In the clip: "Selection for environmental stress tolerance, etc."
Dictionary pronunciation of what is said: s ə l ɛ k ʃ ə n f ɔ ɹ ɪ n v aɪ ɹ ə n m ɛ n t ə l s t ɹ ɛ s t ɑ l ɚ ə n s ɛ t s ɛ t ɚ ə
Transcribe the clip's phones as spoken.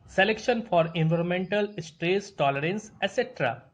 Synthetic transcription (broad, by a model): s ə l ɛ k ʃ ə n f ɔ ɹ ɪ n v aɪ ɹ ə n m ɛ n t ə l s t ɹ ɛ s t ɑ l ɚ ə n s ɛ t s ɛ t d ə